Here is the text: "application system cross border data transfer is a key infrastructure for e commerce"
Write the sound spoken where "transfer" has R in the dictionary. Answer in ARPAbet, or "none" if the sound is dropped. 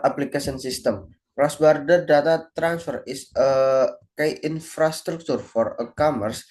R